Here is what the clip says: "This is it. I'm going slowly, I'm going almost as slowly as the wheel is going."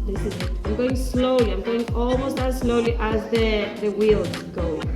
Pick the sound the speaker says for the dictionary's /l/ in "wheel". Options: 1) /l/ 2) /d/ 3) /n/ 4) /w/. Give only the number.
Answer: 4